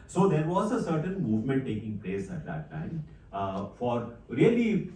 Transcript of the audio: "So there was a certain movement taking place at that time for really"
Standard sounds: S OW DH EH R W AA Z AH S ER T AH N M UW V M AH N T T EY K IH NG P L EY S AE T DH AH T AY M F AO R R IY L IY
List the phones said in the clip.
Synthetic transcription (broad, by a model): S OW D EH R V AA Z AH S ER T AH N M UW V M AH N T T EY K IH NG P L EY S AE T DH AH T AY M F AO R R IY L IY